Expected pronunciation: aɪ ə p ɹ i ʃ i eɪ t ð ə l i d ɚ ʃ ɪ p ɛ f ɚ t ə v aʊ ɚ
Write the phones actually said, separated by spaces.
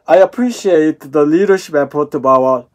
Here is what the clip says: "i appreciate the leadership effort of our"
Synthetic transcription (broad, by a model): aɪ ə p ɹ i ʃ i eɪ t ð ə l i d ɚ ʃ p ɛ p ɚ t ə b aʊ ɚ